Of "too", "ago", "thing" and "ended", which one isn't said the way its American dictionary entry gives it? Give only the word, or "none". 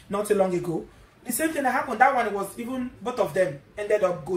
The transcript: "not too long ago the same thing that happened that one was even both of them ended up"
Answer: thing